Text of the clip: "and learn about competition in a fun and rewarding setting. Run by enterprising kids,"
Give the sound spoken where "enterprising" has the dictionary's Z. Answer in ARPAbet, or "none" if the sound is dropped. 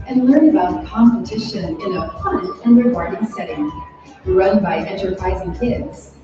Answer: Z